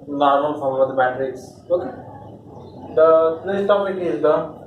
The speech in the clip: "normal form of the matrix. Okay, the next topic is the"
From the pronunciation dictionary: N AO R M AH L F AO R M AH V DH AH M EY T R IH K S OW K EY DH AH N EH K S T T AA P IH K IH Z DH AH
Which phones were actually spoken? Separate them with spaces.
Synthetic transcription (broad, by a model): N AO R M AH L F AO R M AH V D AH M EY T R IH K S OW K EY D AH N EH S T T AA P IH K IH Z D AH